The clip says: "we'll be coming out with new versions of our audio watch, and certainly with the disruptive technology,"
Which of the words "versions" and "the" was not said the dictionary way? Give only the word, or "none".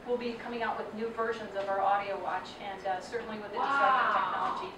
none